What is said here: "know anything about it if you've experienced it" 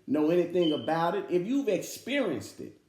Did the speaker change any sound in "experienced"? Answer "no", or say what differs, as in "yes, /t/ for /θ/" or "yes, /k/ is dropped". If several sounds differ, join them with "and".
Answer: no